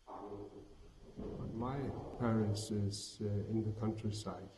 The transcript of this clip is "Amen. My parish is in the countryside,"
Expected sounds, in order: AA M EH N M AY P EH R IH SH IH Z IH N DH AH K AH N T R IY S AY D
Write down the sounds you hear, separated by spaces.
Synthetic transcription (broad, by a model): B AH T M AY P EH R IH S IH Z IH N DH AH K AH N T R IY S AY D